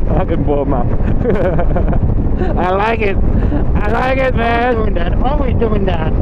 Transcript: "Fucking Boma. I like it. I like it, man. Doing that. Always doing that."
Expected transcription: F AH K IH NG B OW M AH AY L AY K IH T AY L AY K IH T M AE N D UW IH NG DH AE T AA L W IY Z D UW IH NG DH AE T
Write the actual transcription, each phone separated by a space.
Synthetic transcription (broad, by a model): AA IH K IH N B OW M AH AY L AY K IH T AY L AY K IH T M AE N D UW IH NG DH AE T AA W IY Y D UW IH NG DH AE T